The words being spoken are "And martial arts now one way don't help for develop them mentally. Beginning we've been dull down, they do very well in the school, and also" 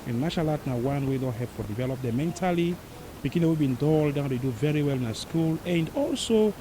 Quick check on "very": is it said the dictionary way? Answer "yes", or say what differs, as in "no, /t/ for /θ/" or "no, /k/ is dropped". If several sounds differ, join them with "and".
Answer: yes